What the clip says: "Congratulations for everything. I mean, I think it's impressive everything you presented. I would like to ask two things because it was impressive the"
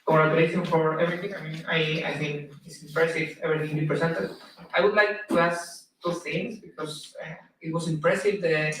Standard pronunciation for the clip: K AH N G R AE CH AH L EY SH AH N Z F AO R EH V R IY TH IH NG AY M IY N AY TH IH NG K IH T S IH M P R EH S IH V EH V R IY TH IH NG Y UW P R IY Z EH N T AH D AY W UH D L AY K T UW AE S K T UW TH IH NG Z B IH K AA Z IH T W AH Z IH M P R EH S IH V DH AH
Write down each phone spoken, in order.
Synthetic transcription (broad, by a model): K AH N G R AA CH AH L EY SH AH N F AO R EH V R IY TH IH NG AY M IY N AY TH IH NG K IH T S IH M P R EH S IH V EH V R IY TH IH NG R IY P R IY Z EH N T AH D AY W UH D L AY K T UW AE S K T UW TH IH NG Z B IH K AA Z IH T W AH S IH M P R EH S IH V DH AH